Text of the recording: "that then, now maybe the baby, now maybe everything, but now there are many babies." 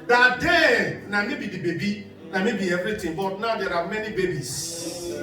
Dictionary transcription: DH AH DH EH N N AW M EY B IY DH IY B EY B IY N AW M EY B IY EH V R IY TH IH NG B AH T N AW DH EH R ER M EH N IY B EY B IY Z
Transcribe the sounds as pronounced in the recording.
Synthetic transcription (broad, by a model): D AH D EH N N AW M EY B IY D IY B EY B IY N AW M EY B IY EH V R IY T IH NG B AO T N AW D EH R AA M EH N IY B EY B IY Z